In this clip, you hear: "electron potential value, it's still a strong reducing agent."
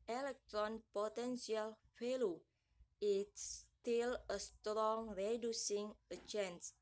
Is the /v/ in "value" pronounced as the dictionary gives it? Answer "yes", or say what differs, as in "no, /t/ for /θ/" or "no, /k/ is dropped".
no, /f/ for /v/